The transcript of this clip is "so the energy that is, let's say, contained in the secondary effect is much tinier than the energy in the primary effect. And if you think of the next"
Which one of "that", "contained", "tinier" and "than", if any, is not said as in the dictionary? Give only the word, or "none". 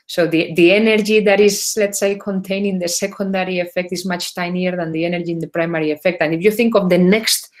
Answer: contained